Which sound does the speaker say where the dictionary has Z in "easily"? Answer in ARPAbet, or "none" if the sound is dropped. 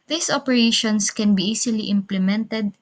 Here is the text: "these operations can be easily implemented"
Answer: S